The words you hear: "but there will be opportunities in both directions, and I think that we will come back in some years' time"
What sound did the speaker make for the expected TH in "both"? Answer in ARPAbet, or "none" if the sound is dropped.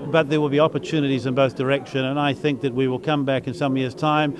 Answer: TH